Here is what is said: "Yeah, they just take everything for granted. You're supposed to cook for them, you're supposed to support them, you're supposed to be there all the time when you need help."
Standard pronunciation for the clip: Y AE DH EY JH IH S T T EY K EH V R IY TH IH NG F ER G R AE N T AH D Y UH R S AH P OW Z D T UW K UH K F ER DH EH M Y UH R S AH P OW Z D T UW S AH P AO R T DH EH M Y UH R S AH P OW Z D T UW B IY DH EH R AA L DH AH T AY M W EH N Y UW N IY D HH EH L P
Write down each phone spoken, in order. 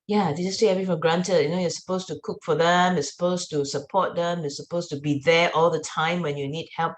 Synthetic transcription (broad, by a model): Y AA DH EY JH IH S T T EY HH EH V IY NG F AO G R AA N T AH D Y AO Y S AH P OW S T UW K UH K F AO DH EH M Y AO S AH P OW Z T UW S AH P AO T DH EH M Y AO S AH P OW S T UW B IY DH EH AA L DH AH T AY M W EH N Y UW N IY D HH EH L P